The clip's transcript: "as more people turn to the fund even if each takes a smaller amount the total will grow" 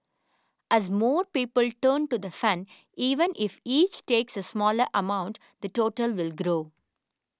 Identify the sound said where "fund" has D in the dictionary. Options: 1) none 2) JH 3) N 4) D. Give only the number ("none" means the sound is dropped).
1